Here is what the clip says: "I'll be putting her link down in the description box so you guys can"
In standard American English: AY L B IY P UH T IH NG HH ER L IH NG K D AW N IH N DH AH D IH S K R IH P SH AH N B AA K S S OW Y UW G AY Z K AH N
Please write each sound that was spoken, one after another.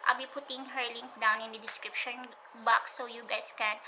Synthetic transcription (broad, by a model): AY B IY P UH T IH NG HH ER L IH NG K D AW N IH N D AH D IH S K R IH P SH AH N B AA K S S OW Y UW G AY S K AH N